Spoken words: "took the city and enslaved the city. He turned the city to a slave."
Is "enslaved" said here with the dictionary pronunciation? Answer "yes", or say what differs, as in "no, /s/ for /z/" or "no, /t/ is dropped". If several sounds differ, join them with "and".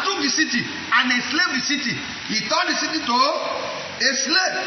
no, /n/ is dropped